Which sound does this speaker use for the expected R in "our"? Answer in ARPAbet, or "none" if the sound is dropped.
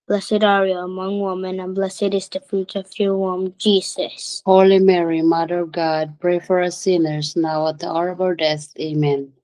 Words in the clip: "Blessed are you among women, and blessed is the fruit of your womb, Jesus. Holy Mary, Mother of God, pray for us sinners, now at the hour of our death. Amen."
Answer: L